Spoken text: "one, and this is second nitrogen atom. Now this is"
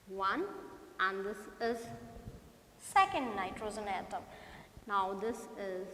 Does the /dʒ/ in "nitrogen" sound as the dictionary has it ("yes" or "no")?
no